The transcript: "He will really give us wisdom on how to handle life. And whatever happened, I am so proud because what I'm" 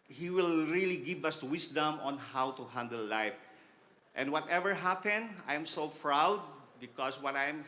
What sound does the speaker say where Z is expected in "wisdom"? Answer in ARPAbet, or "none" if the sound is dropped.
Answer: S